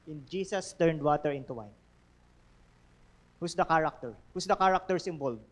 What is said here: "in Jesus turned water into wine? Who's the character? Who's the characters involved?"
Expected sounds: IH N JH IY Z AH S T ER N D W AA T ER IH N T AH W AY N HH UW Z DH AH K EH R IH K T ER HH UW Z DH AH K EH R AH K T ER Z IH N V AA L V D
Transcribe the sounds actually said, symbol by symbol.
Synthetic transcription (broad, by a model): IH N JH IY S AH S T ER N D W AA T ER IH N T AH W AY N HH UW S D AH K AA R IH K T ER HH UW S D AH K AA R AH K T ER S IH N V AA L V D